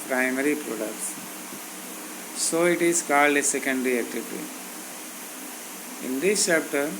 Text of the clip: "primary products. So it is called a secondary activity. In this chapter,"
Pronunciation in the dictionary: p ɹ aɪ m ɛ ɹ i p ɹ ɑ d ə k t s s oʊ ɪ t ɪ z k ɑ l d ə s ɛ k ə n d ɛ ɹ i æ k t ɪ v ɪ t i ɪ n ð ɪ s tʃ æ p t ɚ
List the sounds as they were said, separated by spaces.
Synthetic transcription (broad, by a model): p ɹ aɪ m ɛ ɹ i p ɹ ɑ d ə k t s s oʊ ɪ t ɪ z k ɑ l d ə s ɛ k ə n d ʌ ɹ i æ k t ɪ v ɪ t i ɪ n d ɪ s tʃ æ p t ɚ